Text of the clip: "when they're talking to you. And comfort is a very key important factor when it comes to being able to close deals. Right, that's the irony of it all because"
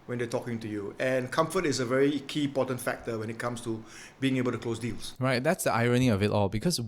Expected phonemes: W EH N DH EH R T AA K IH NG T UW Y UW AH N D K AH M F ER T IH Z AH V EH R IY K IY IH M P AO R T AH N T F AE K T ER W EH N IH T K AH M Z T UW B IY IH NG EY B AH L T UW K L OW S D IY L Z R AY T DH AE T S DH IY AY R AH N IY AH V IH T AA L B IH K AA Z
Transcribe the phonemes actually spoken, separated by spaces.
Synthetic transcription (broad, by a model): W EH N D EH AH T AA K IH NG T UW Y UW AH N K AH M F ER T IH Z AH V EH R IY K IY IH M P AO T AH N T F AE K T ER W EH N IH T K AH M S T UW B IY IH NG EY B AH L T UW K L OW S D IY L S R AY T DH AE T S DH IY AY R AH N IY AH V IH T AA L B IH K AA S